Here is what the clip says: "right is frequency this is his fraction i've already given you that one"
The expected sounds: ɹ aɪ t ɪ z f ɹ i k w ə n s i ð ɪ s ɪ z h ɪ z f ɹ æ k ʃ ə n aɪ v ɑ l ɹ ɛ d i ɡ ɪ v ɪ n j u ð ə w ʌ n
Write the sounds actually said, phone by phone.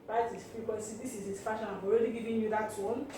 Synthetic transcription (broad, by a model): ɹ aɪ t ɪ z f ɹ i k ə s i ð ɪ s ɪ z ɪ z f ɑ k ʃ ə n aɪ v ɑ l ɹ ɛ d i ɡ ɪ v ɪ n j u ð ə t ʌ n